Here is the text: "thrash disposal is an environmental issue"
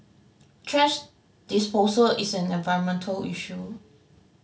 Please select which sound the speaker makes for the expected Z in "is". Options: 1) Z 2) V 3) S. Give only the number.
3